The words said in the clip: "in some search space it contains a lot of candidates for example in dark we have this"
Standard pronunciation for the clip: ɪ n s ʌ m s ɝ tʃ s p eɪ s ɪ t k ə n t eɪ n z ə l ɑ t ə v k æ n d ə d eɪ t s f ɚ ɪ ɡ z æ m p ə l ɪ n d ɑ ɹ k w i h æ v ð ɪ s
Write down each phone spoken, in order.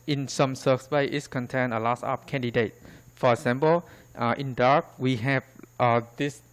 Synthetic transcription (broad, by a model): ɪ n s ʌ m s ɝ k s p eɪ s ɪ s k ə n t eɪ n ə l ɑ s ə p k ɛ n d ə d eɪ t f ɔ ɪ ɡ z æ m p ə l ɪ n d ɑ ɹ k w i h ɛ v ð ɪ s